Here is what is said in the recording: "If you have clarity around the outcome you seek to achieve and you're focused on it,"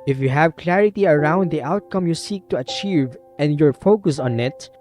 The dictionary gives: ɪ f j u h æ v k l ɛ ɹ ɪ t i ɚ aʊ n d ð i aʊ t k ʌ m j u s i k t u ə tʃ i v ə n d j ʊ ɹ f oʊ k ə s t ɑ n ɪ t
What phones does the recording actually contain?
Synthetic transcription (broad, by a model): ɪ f j u h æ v k l ɛ ɹ ɪ t i ɚ aʊ n d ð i aʊ t k ʌ m j u s i k t u ə tʃ i v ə n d j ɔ ɹ f oʊ k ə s ɑ n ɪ t